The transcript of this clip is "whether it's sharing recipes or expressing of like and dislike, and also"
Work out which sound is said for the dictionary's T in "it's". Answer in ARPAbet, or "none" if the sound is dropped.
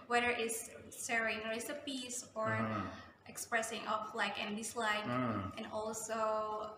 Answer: S